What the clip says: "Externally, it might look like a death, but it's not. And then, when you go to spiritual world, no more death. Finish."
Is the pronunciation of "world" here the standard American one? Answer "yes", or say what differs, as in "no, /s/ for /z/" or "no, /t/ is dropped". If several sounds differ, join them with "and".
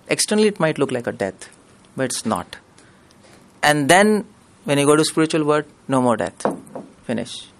no, /l/ is dropped